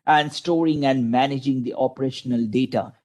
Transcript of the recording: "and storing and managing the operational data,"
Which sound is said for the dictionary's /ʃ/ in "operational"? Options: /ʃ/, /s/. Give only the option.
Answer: /ʃ/